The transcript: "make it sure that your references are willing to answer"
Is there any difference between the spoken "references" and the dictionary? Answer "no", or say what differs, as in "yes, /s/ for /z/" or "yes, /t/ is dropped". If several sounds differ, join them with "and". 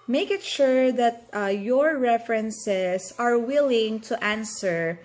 yes, /s/ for /z/